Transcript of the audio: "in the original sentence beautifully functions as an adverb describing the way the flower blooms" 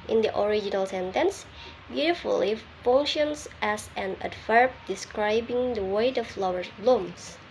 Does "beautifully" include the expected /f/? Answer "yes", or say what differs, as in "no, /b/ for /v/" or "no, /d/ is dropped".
no, /f/ is dropped